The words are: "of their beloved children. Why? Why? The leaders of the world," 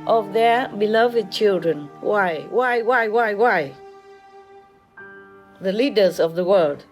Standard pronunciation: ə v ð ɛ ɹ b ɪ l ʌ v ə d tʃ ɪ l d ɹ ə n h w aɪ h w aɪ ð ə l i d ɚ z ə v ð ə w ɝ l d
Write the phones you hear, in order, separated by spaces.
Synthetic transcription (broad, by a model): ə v ð ɛ ɹ b ɪ l ʌ v ə d tʃ ɪ l d ɹ ə n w w aɪ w w aɪ ð ə l i d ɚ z ə v ð ə w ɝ l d